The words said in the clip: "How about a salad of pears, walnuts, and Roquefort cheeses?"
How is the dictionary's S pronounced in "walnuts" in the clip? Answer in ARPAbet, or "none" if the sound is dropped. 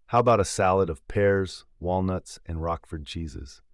S